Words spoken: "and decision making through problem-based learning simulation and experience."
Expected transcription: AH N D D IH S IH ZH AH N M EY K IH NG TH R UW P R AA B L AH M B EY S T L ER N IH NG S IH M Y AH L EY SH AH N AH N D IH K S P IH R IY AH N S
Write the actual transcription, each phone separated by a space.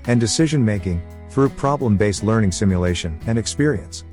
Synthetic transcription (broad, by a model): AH N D D IH S IH ZH AH N M EY K IH NG TH R UW P R AA B L AH M B EY S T L ER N IH NG S IH M Y AH L EY SH AH N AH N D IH K S P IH R IY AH N S